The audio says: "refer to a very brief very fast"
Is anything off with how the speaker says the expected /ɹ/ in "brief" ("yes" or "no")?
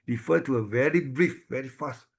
no